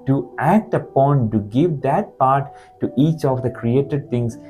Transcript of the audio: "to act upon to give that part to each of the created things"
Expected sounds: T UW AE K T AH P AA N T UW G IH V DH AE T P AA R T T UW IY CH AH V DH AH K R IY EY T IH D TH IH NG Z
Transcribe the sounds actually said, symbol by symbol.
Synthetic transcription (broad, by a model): T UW AE K T AH P AA N T UW G IH V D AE T P AA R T T UW IY CH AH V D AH K R IY EY T IH D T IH NG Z